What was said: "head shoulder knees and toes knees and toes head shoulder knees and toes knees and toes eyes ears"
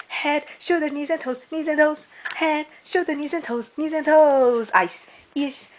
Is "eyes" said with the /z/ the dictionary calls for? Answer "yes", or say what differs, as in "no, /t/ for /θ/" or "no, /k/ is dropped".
no, /s/ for /z/